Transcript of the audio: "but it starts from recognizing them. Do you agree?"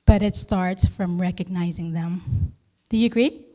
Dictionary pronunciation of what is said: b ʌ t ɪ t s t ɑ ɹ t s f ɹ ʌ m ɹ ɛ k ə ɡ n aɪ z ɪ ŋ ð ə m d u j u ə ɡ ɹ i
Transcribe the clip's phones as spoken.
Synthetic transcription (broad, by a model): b ʌ t ɪ t s t ɑ ɹ t s f ɹ ʌ m ɹ ɛ k ə ɡ n aɪ z ɪ ŋ ð ə m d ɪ j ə ɡ ɹ i